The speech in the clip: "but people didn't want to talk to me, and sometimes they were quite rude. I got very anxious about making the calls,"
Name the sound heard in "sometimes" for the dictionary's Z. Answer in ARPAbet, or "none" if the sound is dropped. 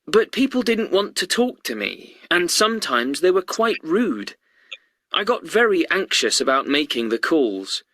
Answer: Z